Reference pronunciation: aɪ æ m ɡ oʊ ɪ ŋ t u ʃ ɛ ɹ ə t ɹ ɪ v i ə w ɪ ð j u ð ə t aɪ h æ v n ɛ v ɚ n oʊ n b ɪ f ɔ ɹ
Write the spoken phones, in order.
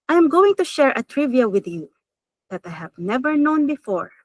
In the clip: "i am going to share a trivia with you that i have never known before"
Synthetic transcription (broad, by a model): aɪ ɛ m ɡ oʊ ɪ ŋ t u ʃ ɛ ɹ ə t ɹ ɪ v i ə w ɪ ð j u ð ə t aɪ h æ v n ɛ v ɚ n oʊ n b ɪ f ɔ ɹ